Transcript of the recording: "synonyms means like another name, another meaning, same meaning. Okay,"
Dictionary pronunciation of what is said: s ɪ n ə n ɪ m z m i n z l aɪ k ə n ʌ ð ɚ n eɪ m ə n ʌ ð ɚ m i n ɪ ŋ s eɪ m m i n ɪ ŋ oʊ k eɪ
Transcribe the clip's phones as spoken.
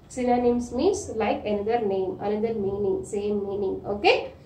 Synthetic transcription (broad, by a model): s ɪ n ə n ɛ m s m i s l aɪ k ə n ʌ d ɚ n eɪ m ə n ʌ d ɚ m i n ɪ ŋ s eɪ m m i n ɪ ŋ oʊ k eɪ